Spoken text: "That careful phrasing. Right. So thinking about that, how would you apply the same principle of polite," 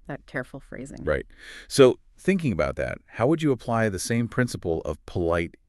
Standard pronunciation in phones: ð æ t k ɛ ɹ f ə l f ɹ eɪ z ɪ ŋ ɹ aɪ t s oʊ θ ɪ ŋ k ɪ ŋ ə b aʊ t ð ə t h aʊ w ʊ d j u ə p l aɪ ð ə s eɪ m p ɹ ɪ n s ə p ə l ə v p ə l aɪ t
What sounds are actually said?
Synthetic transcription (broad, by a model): ð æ t k ɛ ɹ f l f ɹ eɪ z ɪ ŋ ɹ aɪ t s oʊ θ ɪ ŋ k ɪ ŋ ə b aʊ t ð ə t h aʊ w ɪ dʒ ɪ ə p l aɪ ð ə s eɪ m p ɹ ɪ n s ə p l ə v p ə l aɪ t